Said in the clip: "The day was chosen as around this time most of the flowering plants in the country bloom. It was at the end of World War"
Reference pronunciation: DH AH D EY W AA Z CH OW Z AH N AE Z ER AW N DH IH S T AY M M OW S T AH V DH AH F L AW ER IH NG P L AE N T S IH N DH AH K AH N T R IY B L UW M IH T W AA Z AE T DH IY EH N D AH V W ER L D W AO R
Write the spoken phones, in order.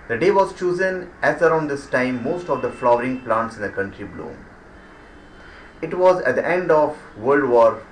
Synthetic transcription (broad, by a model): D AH D EY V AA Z CH OW Z AH N AE Z ER AW N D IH S T AY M M OW S T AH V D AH F L AW ER IH NG P L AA N T S IH N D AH K AH N T R IY B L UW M IH T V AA Z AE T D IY EH N D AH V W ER L D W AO R